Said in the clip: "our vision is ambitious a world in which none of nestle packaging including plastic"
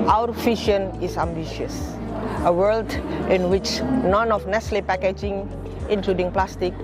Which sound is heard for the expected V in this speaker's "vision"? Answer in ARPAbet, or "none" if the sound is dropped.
F